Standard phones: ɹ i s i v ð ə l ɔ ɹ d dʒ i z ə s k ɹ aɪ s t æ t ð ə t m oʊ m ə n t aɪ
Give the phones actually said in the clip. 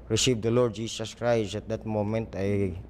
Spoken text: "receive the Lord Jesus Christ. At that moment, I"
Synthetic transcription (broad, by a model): ɹ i s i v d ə l ɔ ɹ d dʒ i s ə s k ɹ aɪ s æ t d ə t m oʊ m ə n t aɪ